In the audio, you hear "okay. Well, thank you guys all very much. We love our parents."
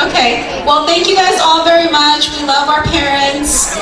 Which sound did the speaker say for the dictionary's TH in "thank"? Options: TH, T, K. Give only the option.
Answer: TH